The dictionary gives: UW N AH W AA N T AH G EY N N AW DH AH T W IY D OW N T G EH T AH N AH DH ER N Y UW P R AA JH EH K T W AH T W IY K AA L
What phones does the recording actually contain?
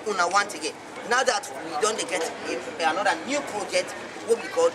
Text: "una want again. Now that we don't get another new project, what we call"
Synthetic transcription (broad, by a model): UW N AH W AA N T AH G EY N N AW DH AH T W IY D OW N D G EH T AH N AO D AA N Y UW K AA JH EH T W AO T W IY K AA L